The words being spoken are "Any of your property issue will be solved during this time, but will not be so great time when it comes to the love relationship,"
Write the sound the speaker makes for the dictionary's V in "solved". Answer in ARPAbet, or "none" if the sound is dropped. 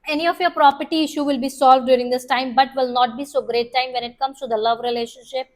V